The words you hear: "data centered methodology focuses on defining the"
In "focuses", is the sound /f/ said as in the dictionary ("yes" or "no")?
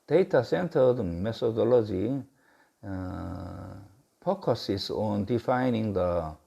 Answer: no